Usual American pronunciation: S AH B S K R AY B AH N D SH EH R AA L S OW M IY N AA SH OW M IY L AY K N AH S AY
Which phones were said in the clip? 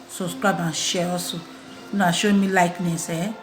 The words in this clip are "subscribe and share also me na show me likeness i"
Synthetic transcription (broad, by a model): S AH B S K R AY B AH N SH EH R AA S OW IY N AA SH OW M IY L AY K N AH S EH